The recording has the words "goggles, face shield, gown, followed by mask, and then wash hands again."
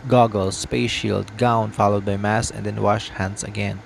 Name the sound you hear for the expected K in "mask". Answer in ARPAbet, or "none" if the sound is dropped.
none